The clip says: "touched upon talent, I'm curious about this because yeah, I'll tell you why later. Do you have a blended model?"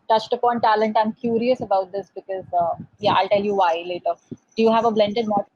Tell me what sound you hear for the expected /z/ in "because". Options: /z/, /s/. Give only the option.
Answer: /z/